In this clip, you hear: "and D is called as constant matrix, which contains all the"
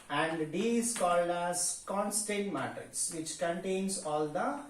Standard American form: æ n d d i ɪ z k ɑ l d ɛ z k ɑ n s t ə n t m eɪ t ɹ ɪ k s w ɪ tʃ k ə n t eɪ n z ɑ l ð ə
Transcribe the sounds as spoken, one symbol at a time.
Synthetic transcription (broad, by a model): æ n d d i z k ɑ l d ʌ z k ɑ n s t ə n t m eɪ t ɪ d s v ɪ tʃ k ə n t eɪ n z ɑ l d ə